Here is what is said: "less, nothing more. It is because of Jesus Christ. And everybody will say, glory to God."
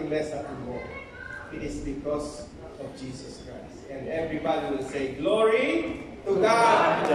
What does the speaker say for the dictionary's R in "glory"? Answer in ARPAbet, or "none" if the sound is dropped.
R